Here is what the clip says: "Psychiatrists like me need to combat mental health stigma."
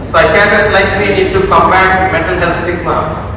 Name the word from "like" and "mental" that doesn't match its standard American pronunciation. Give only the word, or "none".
mental